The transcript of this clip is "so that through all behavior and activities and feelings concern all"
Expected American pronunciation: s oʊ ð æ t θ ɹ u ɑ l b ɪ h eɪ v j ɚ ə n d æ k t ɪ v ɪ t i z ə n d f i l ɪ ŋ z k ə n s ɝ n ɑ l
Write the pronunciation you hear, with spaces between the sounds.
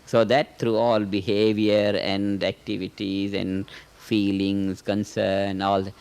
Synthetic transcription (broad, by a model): s oʊ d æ t t ɹ u ɑ l b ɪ h eɪ v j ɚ ə n d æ k t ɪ v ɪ t i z ə n d f i l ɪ ŋ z k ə n s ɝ n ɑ l